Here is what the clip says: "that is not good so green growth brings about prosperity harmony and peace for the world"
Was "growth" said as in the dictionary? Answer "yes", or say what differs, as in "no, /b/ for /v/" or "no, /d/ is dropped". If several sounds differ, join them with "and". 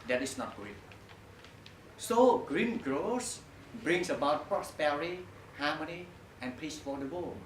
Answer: no, /s/ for /θ/